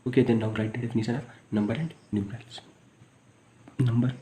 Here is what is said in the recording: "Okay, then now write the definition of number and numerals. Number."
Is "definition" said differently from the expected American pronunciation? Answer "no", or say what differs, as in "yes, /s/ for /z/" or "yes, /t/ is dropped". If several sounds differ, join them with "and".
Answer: yes, /s/ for /ʃ/